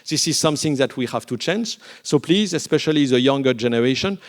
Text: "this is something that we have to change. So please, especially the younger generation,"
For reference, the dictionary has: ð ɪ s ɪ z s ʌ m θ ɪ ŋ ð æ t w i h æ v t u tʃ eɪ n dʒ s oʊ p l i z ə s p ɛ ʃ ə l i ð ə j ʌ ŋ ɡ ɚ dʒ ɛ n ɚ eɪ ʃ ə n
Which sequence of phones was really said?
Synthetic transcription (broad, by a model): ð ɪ s ɪ z s ʌ m θ ɪ ŋ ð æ t w i h æ v t u tʃ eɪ n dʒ s oʊ p l i z ə s p ɛ ʃ ə l i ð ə j ʌ ŋ ɡ ɚ dʒ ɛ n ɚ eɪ ʃ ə n